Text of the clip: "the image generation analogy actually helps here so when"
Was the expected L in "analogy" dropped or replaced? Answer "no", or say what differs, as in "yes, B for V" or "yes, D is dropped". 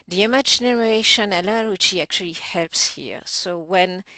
yes, W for L